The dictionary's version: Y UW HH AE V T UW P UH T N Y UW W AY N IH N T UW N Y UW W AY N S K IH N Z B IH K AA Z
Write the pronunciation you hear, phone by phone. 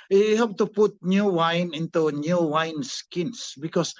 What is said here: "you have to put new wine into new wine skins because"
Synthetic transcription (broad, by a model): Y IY HH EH P T UW P UH T N Y UW W AY N IH N T UW N Y UW W AY N S K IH N S B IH K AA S